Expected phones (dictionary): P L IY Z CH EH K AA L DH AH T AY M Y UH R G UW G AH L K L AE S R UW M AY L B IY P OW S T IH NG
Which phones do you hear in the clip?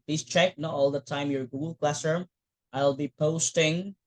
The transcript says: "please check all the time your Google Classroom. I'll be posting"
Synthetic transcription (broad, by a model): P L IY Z CH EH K AA L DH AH T AY M Y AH R G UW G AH L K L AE S AH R AY L B IY P OW S T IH NG